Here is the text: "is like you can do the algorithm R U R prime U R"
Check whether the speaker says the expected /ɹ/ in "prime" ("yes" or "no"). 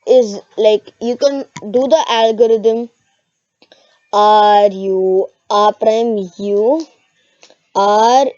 yes